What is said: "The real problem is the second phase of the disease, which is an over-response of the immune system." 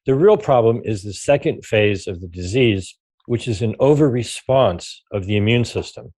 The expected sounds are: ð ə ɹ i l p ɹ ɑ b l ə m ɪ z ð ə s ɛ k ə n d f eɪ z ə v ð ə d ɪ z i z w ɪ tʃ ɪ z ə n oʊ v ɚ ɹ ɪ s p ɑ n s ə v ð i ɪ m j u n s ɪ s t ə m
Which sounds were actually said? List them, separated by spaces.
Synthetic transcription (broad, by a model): ð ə ɹ i l p ɹ ɑ b l ə m ɪ z ð ə s ɛ k ə n d f eɪ z ə v ð ə d ɪ z i z w ɪ tʃ ɪ z ə n oʊ v ɚ ɹ ɪ s p ɑ n s ə v ð i ɪ m j u n s ɪ s t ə m